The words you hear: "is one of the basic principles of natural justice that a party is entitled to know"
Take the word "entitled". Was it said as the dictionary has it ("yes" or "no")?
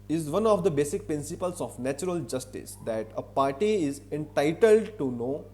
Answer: yes